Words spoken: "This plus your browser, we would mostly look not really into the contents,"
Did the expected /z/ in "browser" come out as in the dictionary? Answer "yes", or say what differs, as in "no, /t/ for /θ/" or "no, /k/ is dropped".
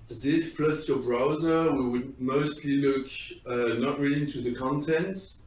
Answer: yes